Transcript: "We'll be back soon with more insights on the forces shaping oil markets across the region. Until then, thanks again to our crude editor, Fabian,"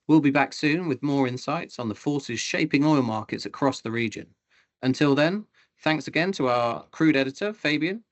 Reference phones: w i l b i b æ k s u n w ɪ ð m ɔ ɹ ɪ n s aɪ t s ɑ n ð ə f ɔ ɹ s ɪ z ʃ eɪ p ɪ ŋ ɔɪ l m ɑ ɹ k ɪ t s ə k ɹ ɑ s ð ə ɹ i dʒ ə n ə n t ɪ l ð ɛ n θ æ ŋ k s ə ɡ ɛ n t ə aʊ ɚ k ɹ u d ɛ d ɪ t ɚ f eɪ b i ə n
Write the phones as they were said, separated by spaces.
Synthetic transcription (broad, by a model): w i l b i b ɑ k s u n w ɪ ð m ɔ ɹ ɪ n s aɪ t s n ð ə f ɔ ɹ s ɪ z ʃ eɪ p ɪ ŋ ɔɪ l m ɑ k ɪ t s ə k ɹ ɑ s ð ə ɹ i dʒ ə n ə n t ɪ l ð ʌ n θ æ ŋ k s ə ɡ ɛ n t ə aʊ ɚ k ɹ u d ɛ d ɪ t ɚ f eɪ b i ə n